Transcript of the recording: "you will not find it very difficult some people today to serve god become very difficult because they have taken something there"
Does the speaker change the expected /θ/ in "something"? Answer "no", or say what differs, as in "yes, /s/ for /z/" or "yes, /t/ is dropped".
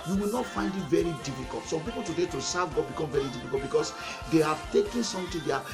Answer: yes, /t/ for /θ/